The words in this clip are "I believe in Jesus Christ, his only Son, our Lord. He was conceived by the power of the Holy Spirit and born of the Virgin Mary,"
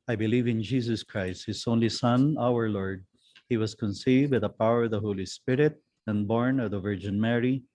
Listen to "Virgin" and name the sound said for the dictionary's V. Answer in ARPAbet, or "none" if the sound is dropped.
V